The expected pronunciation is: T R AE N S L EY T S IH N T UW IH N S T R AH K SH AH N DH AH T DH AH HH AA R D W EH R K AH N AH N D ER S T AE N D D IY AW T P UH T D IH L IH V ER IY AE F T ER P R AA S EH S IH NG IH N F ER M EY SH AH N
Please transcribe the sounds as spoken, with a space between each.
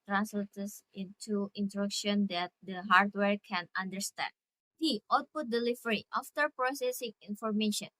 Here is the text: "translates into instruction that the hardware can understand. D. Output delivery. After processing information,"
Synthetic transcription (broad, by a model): T R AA N S L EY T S IH N T UW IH N T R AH K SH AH N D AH T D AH HH AA R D W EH R K AH N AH N D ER S T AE N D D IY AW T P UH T D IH L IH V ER IY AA F T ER P R AA S EH S IH NG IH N F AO M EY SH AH N